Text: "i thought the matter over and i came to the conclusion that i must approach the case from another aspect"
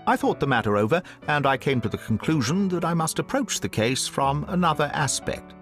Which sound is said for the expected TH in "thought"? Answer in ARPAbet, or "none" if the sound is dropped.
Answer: TH